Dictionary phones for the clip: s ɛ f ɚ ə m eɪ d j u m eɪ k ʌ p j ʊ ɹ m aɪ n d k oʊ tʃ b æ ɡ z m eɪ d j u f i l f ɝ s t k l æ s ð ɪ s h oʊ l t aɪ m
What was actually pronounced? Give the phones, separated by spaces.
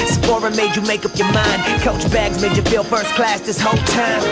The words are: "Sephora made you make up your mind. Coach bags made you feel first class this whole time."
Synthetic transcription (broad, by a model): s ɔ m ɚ m eɪ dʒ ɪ m eɪ k ʌ p j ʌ ɹ m aɪ n d k oʊ tʃ b æ ɡ z m eɪ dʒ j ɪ f i l f ɝ s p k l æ s ð ɪ s h oʊ l t aɪ m